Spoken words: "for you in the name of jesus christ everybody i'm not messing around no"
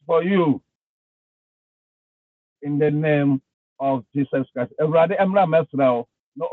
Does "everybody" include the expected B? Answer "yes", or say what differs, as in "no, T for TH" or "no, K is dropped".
no, B is dropped